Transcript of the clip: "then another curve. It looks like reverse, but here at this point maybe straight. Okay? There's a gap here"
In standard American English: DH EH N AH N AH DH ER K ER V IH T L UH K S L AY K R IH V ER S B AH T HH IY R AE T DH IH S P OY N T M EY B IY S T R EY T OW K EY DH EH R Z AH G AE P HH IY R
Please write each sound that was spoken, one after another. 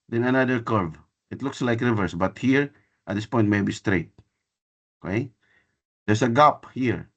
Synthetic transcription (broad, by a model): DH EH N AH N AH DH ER K ER V IH T L UH K S L AY K R IH V ER S B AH T HH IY R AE T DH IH S P OY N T M EY B IY S T R EY T OW K EY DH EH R S AH G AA P HH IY R